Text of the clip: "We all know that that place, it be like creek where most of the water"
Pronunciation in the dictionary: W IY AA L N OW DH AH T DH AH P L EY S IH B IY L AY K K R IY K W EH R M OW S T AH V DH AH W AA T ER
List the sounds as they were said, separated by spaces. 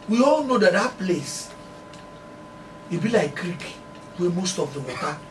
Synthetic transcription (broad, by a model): W IY AA L N OW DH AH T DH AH P L EY S IH B IY L AY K K R IY K W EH M OW S T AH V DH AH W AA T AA